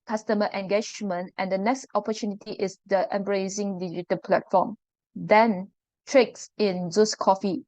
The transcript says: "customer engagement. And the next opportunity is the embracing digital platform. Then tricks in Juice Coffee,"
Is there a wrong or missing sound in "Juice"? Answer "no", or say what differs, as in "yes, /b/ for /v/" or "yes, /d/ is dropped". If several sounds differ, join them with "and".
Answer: yes, /z/ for /dʒ/